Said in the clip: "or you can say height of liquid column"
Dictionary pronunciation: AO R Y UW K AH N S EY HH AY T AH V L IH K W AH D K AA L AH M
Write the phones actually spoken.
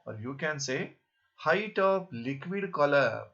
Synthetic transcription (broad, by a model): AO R Y UW K AH N S EY HH AY T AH P L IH K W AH D K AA L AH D